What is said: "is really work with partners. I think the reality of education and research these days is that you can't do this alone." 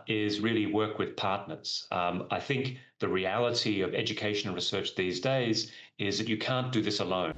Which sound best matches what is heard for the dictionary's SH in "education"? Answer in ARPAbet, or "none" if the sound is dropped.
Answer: none